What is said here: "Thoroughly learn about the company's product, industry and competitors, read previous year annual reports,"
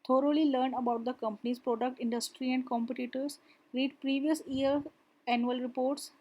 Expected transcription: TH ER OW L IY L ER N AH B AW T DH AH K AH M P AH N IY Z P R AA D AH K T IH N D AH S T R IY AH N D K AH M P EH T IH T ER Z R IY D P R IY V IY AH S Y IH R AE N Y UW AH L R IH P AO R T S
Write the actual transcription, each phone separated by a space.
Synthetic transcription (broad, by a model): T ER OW L IY L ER N AH B AW T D AH K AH M P AH N IY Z P R AA D AH K T IH N D AH S T R IY AH N D K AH M P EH T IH T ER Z R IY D P R IY V IY AH S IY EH L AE N Y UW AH L R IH P AO R T S